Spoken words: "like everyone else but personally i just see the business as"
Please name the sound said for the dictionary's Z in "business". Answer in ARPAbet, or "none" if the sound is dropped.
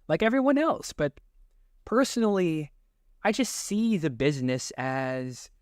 Z